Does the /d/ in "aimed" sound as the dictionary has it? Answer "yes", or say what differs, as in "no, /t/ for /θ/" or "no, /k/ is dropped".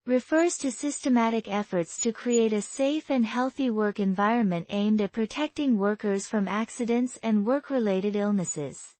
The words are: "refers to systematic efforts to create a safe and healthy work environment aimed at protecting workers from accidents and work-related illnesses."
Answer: yes